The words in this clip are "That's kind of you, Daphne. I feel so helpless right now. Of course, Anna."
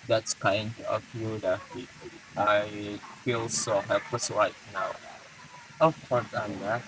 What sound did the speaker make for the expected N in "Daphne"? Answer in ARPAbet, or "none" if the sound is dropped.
none